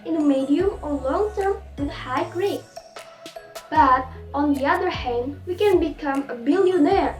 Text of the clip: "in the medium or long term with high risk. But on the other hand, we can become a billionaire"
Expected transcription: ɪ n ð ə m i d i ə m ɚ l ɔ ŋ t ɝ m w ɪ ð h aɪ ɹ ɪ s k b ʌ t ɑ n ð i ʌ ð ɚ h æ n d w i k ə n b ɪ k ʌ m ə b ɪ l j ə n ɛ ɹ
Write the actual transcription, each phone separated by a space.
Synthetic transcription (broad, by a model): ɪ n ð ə m i d i ə m ɚ l ɔ ŋ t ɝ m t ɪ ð h aɪ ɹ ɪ k b ʌ t ɑ n ð i ʌ ð ɚ h æ n d w i k ə n b ɪ k ʌ m ə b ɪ l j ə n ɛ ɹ